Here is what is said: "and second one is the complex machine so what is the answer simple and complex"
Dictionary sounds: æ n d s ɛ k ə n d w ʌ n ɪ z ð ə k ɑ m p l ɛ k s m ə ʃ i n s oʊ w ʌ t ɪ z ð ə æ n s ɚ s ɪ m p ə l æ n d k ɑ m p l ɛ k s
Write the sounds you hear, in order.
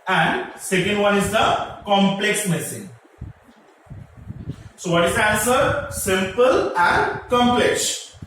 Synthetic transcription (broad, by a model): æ n d s ɛ k ə n d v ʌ n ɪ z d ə k ɑ m p l ɛ k s m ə s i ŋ s oʊ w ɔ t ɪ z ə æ n s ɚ s ɪ m p ə l æ n d k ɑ m p l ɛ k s